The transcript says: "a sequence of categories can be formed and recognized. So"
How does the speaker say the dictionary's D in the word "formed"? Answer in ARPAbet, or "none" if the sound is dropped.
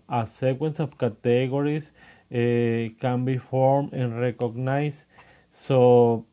none